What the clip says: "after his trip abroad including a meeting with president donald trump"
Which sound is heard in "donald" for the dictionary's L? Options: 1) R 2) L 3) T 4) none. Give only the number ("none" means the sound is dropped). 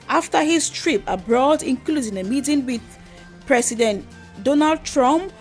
2